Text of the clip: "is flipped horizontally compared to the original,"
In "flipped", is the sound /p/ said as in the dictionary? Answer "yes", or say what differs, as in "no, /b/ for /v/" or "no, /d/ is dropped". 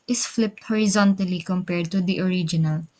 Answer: yes